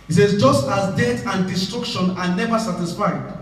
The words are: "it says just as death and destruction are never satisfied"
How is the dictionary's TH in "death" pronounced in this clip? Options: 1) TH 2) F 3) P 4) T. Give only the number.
4